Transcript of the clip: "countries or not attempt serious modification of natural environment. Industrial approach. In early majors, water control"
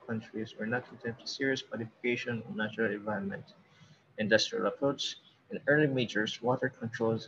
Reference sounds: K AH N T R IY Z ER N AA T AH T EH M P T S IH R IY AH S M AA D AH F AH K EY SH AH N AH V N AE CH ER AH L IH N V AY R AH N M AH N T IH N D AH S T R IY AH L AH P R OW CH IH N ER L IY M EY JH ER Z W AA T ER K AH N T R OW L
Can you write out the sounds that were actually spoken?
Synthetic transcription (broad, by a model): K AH N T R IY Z ER N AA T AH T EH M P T S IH R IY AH S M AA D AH F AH K EY SH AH N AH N N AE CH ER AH L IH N V AY R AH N M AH N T IH N D AH S T R IY AH L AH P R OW S IH N ER L IY M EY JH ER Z W AA T ER K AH N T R OW L